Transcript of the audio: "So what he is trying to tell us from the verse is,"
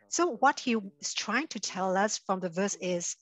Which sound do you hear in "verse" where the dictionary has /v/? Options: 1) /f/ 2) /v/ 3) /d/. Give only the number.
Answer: 2